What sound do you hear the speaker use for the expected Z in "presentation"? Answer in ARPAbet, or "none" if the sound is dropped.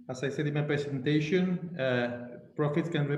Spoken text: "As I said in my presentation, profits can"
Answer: S